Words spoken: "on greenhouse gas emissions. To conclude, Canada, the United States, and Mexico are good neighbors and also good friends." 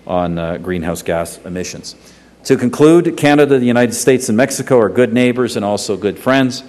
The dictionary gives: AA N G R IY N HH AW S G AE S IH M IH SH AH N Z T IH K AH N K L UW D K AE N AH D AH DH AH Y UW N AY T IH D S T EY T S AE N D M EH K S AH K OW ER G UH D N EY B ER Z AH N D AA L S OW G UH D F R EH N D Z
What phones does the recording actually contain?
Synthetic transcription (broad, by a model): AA N G R IY N HH AW S G AE S IH M IH SH AH N Z T IH K AH N K L UW D K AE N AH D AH DH AH Y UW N AY T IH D S T EY T S N M EH K S AH K OW ER G UH D N EY B ER Z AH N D AA L S OW G UH D F R EH N D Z